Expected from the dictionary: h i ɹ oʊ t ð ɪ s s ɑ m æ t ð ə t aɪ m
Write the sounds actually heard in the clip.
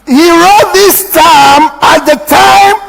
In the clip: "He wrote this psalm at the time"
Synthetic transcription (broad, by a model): h i ɹ oʊ t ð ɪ s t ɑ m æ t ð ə t aɪ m